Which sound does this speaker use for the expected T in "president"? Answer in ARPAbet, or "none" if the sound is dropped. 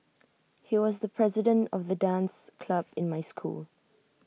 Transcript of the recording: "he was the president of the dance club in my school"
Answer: T